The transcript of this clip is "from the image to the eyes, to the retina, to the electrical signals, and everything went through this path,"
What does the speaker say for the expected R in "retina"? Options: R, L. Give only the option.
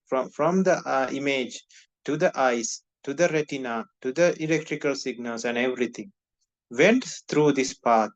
R